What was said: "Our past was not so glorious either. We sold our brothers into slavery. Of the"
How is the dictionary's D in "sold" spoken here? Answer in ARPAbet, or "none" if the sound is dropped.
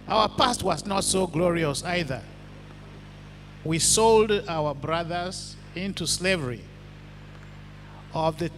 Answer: D